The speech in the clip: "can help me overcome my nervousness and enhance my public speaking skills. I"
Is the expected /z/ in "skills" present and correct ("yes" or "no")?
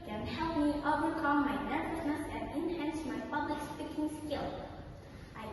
no